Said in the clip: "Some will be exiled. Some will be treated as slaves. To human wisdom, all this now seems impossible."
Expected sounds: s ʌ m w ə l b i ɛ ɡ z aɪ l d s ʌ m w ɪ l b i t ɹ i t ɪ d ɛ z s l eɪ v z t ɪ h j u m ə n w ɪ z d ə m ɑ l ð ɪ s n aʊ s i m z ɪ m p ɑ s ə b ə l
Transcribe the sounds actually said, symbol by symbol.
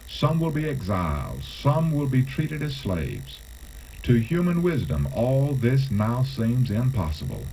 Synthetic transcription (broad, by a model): s ʌ m w ə l b i ɛ ɡ z aɪ l d s ʌ m w ɪ l b i t ɹ i t ɪ d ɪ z s l eɪ v z t ɪ h j u m ə n w ɪ z d ə m ɑ l ð ɪ s n aʊ s i m z ɪ m p ɑ s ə b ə l